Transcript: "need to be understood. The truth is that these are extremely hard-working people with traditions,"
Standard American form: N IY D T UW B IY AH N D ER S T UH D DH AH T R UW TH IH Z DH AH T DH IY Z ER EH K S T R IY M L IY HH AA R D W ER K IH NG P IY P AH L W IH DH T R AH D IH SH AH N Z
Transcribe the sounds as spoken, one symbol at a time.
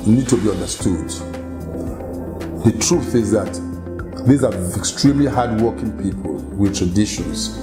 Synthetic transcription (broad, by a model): N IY D T UW B IY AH N D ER S T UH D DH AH T R UW TH IH Z DH AH T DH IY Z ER EH K S T R IY M L IY HH AA D W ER K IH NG P IY P AH L W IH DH T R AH D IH SH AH N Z